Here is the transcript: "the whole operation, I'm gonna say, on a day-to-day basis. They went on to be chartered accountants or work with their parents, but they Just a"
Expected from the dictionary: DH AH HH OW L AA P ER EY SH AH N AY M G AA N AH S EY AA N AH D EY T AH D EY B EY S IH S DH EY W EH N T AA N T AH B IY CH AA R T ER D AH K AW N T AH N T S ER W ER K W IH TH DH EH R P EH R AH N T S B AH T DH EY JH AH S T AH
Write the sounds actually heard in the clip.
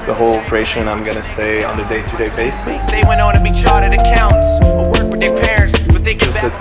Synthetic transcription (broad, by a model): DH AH HH OW L AA P ER EY SH AH N AY M G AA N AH S EY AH N AH D EY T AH D EY B EY S IH S DH EY W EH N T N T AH B IY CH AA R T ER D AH K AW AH N T S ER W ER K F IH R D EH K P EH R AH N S B AH T DH EY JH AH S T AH